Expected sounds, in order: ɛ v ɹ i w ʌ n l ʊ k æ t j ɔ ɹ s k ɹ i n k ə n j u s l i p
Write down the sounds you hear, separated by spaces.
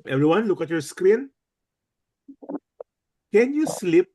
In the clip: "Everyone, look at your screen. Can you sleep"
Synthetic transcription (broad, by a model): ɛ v ɹ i w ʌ n l ʊ k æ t j ɔ ɹ s k ɹ i n k ə n j u s l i p